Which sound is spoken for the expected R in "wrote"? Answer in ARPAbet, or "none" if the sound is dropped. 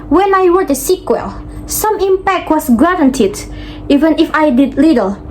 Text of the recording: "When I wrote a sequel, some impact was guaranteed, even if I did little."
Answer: W